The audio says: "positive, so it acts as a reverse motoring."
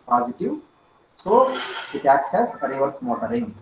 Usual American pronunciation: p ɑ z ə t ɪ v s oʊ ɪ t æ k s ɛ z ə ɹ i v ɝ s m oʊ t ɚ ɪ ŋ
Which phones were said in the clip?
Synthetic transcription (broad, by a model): p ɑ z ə t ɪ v s oʊ ɪ t æ k s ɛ s ə ɹ i v ɝ s m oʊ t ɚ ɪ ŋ